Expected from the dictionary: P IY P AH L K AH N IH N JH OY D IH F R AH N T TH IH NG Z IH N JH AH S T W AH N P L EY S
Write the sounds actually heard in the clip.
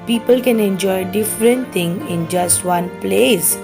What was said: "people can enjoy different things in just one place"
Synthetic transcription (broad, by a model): P IY P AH L K AH N IH N JH OY D IH F R AH N T T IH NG IH N JH AH S T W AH N P L EY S